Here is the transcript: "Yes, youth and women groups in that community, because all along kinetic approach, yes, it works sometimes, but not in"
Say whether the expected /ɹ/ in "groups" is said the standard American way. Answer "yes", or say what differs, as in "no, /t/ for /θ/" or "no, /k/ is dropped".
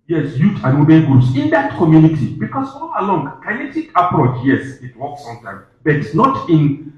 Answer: no, /ɹ/ is dropped